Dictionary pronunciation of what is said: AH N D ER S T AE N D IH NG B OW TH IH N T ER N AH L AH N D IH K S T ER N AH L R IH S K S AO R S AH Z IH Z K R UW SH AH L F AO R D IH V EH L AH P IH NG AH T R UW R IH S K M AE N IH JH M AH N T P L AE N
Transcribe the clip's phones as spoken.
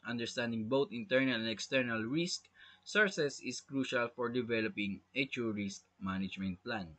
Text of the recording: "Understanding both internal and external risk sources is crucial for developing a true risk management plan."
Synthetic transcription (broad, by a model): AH N D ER S T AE N D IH NG B OW T IH N T ER N AH L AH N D IH K S T ER N AH L R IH S K S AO R S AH S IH S K R UW SH AH L F AO R D IH V EH L AH P IH NG AH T UW R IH S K M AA N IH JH M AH N T P L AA N